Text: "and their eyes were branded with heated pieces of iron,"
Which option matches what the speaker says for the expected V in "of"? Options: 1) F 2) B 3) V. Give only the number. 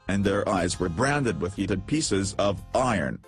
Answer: 3